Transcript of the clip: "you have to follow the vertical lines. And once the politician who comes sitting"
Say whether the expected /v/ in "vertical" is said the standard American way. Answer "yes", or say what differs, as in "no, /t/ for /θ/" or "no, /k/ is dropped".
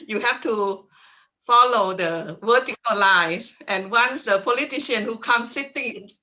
no, /w/ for /v/